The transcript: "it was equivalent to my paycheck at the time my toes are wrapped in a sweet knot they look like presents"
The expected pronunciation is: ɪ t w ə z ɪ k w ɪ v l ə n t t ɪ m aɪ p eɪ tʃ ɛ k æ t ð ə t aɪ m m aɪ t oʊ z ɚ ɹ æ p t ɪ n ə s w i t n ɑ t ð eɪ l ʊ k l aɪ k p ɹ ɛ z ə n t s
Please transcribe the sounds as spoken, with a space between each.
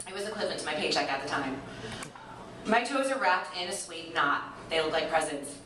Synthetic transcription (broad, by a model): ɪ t w ə z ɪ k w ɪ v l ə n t t ɪ m aɪ p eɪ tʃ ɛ k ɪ t ð ə t aɪ m m aɪ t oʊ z ɚ ɹ æ p t ɪ n ə s w i t n ɑ t ð eɪ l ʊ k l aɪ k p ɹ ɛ z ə n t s